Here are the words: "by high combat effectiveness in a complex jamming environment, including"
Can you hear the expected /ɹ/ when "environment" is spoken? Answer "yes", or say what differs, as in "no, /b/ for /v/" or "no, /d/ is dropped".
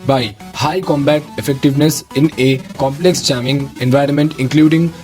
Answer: yes